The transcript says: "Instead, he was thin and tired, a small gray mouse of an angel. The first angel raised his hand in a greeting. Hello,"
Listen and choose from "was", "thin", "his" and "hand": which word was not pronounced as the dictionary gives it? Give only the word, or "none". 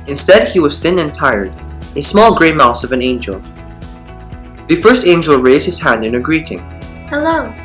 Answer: none